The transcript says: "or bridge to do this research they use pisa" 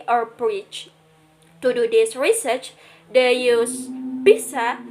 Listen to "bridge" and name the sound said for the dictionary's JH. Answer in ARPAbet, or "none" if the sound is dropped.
CH